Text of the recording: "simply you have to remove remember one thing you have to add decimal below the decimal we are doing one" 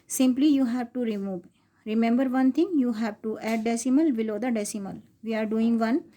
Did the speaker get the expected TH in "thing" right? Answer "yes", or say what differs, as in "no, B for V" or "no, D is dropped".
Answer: no, T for TH